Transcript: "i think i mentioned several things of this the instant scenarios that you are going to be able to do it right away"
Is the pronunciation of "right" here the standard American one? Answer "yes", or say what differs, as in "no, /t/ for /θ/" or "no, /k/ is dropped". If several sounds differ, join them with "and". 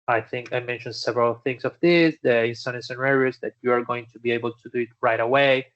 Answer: yes